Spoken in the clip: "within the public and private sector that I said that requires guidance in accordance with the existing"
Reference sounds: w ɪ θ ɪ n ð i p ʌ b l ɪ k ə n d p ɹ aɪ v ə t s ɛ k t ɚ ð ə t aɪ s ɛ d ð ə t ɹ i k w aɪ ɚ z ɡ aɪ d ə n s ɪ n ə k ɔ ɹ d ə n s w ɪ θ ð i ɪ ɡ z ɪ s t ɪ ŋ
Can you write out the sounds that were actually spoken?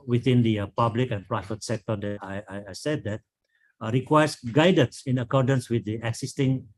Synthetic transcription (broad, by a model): w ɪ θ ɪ n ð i p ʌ b l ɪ k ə n p ɹ aɪ v ə t s ɛ k t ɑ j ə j aɪ s ɛ d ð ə t ɹ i k w aɪ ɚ s ɡ aɪ d ə n s ɪ n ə k ɔ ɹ d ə n s w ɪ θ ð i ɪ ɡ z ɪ s t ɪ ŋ